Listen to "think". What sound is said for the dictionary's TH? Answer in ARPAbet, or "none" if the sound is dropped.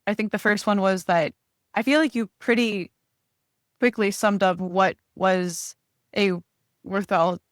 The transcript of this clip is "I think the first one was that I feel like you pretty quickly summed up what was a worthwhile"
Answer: TH